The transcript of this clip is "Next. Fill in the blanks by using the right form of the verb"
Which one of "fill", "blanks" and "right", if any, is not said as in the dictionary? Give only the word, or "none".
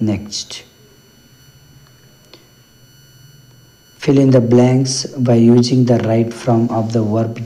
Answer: none